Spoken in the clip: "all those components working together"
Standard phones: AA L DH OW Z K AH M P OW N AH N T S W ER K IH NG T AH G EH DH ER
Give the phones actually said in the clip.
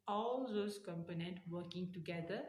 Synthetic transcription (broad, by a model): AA L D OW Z K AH M P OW N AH N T W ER K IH NG T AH G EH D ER